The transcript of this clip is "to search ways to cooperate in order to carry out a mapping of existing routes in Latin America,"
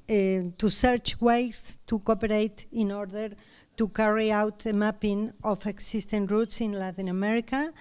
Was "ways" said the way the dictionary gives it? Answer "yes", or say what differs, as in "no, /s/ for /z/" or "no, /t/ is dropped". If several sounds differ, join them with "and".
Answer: no, /s/ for /z/